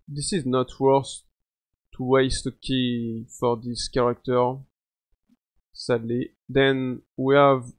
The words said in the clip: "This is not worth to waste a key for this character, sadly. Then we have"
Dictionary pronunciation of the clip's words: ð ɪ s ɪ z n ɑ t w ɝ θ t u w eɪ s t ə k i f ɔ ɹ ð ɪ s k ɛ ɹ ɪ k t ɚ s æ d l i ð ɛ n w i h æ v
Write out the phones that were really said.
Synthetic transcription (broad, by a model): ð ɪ s ɪ z n ɑ t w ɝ s t u w eɪ s t ə k i f ɔ ɹ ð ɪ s k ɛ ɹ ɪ k t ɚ s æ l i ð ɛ n w i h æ v